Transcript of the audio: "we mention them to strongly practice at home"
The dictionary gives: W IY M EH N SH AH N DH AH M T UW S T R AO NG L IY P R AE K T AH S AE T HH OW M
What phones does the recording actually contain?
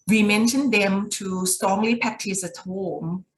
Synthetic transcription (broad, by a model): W IY M EH N SH AH N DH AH M T UW S T R AO NG L IY P AE K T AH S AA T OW M